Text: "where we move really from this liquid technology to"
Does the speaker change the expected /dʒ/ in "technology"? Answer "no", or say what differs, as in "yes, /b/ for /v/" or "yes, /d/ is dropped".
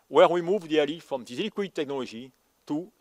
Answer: yes, /ʒ/ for /dʒ/